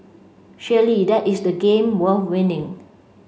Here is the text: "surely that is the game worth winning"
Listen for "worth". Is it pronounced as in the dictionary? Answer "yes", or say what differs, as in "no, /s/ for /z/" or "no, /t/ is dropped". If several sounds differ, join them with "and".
no, /f/ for /θ/